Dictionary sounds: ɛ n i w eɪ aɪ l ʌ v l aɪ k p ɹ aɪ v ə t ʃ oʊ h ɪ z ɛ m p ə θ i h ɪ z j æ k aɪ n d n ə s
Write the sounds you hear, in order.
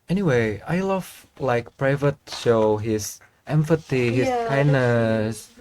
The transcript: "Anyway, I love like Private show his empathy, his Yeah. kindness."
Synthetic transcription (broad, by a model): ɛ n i w eɪ aɪ l ʌ v l aɪ k p ɹ aɪ v ə t ʃ oʊ h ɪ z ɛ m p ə t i h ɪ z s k aɪ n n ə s